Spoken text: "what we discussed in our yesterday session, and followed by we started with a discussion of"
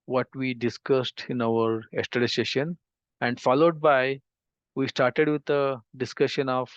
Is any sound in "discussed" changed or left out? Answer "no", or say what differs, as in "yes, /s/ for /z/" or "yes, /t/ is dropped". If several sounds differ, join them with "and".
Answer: no